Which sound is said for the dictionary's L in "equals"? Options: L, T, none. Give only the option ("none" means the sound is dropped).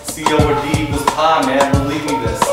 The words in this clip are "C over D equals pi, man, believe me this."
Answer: none